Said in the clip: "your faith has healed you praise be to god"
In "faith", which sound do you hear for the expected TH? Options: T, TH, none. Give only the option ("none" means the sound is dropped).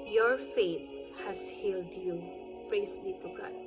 T